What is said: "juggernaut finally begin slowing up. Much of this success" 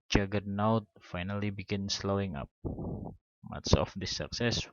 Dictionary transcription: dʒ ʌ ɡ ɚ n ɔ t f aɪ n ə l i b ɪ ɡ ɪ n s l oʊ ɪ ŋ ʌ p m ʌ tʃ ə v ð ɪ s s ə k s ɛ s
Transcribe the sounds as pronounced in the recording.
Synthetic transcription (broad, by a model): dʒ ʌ ɡ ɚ n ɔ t f aɪ n ə l i b ɪ ɡ ɪ n s l oʊ ɪ ŋ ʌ p m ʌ s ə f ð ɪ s s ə k s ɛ s